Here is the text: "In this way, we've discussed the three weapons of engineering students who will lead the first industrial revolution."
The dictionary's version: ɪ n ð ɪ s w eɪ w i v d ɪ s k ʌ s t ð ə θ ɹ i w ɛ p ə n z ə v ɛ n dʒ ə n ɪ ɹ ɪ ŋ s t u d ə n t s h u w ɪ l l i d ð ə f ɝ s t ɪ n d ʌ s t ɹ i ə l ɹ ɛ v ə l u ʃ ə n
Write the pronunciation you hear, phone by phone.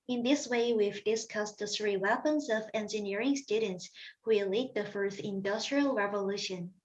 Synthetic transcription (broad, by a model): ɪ n ð ɪ s w eɪ w i v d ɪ s k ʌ s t ð ə θ ɹ i w ɛ p ə n z ə v ɛ n dʒ ə n ɪ ɹ ɪ ŋ s t u d n t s h u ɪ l l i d ð ə f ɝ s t ɪ n d ʌ s t ɹ i ə l ɹ ɛ v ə l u ʃ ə n